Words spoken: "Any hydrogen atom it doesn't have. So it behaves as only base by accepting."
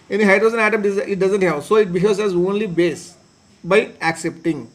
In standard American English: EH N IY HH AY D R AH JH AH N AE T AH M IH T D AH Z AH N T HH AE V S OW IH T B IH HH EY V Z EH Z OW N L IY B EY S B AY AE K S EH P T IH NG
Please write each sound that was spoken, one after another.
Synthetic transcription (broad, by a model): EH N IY HH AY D R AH Z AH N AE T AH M IH T D AH Z AH N T HH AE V S OW IH T B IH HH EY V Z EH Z OW N L IY B EY S B AY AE K S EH P T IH NG